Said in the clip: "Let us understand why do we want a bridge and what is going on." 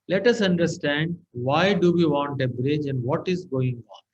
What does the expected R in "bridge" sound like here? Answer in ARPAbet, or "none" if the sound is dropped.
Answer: R